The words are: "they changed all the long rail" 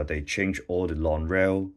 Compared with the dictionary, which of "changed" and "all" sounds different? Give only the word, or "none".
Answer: changed